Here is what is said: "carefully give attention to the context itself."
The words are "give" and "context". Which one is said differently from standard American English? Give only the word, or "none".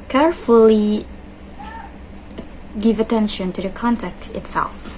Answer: context